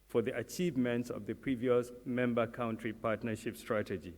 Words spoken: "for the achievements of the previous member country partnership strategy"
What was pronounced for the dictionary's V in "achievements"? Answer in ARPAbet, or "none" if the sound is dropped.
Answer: V